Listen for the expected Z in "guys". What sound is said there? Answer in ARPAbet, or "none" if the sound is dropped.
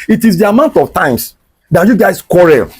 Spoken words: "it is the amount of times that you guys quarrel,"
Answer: S